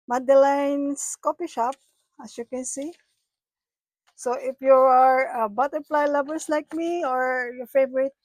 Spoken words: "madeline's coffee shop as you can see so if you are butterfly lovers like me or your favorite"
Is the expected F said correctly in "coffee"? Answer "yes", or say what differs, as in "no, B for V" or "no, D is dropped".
no, P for F